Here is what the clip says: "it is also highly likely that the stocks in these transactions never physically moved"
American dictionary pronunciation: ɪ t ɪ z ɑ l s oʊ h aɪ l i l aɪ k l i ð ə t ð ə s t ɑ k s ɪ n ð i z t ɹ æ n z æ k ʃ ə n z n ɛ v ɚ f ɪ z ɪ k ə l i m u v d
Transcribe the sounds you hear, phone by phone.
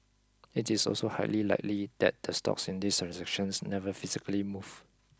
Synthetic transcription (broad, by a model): ɪ t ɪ s ɑ l s oʊ h aɪ l i l aɪ k l i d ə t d ə s t ɑ k s ɪ n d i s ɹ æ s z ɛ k ʃ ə n s n ɛ v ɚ f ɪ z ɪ k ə l i m u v